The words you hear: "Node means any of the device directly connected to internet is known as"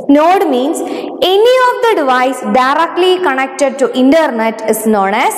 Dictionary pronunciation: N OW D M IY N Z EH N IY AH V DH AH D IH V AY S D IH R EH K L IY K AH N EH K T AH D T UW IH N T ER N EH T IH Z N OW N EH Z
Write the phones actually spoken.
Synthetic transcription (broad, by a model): N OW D M IY N S EH N IY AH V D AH D IH V AY S D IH R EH K L IY K AH N EH K T AH D T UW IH N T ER N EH T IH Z N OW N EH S